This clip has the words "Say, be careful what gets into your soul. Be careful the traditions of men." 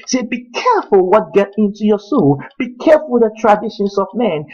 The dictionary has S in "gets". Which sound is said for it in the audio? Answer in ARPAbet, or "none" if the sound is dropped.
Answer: none